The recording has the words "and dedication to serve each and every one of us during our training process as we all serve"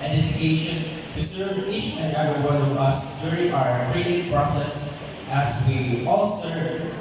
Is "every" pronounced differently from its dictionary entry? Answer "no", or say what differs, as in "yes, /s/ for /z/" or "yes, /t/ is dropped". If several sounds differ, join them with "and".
yes, /ɹ/ is dropped